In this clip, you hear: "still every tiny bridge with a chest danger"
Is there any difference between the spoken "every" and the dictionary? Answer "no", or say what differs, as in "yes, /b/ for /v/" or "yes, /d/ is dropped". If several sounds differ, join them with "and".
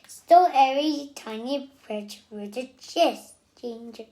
yes, /v/ is dropped